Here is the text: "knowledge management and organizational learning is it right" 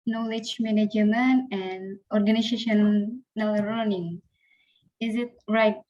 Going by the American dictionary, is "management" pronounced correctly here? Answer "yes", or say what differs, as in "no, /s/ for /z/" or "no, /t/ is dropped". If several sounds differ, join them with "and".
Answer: no, /t/ is dropped